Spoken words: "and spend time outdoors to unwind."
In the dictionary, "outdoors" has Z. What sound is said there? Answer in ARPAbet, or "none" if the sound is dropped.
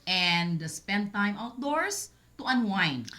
S